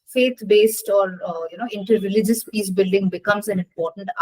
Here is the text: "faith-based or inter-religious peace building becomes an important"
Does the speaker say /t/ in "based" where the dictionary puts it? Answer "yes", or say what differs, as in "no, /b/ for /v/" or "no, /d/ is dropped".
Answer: yes